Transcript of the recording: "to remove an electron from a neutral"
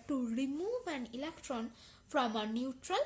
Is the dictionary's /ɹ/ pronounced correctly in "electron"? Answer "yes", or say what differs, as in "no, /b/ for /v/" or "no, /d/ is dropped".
yes